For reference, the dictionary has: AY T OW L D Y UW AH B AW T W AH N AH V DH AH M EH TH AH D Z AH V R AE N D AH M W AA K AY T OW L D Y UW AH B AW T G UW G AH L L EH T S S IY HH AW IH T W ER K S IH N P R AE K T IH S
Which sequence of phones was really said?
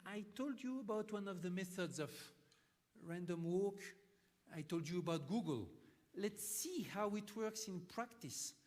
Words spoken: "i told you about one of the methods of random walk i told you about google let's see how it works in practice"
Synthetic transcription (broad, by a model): AY T OW L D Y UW AH B AW T W AH N AH V DH AH M EH TH AH D Z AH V R AE N D AH M W AA K AY T OW L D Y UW AH B AW T G UW G AH L L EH T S S IY HH AW IH T W ER K S IH N P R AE K T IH S